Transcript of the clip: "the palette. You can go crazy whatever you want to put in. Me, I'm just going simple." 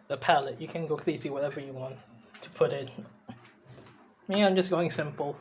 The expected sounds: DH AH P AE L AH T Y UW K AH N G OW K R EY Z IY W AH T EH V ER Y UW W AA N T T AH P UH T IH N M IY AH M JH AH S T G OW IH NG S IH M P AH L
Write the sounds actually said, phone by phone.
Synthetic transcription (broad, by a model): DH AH P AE L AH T Y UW K AH N G OW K L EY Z IY W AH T EH V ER Y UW W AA N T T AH P UH T IH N M IY AH M JH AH S G OW IH NG S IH M P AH L